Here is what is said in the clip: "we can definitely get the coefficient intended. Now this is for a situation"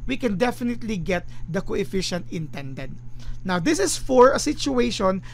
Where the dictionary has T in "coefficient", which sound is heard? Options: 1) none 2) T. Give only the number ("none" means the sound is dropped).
2